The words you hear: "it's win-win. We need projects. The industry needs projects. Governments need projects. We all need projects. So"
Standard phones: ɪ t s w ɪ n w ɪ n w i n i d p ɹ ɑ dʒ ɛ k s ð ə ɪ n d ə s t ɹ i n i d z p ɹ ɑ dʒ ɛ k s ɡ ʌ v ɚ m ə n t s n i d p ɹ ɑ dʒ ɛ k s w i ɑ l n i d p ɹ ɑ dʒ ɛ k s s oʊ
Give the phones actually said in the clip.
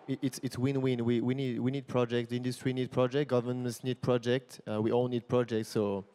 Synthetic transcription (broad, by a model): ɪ t s w ɪ n w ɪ n w i n i d p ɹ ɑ dʒ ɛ k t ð ɪ n d ə s t ɹ i n i d p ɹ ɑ dʒ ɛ k ɡ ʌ v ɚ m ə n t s n i d p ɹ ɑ dʒ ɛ k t w i ɑ l n i d p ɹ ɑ dʒ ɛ k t s oʊ